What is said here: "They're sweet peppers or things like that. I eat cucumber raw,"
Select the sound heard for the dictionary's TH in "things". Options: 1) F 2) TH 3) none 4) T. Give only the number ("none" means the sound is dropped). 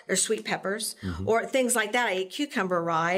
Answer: 2